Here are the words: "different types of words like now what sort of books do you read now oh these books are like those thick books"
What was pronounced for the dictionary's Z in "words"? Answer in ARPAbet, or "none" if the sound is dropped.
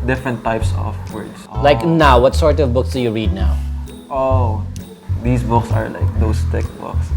S